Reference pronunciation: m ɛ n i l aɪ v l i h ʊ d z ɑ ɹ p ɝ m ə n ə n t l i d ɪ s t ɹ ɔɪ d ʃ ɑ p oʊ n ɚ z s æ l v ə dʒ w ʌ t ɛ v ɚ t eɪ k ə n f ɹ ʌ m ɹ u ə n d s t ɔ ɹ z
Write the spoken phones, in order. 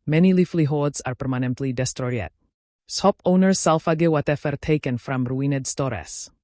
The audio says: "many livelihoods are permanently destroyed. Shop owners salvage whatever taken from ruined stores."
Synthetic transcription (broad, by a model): m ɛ n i l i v l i h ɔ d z ɑ ɹ p ɝ m ə n ə n t l i d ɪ s t ɹ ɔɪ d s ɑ p oʊ n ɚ s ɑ l f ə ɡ w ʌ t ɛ f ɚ t eɪ k ə n f ɹ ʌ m ɹ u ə n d s t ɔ ɹ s